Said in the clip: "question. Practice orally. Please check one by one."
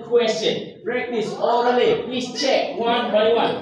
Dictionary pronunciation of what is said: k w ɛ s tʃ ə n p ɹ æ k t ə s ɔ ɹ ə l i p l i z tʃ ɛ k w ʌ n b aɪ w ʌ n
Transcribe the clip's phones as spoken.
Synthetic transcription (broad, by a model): k w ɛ s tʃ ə n b ɹ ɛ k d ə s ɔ ə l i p l i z tʃ ɛ k w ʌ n b aɪ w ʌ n